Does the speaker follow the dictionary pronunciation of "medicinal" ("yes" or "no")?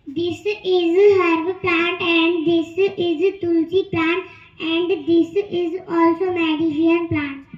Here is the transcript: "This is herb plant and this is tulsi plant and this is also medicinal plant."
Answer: no